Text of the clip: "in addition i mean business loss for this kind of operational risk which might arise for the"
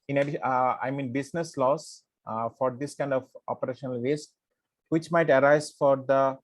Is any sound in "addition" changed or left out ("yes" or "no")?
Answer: yes